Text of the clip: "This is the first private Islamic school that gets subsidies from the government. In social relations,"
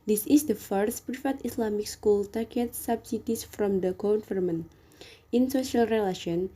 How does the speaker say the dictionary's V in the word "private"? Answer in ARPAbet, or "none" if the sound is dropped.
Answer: F